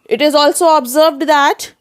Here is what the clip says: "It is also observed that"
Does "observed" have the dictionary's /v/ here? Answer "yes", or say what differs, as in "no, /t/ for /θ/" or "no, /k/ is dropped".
yes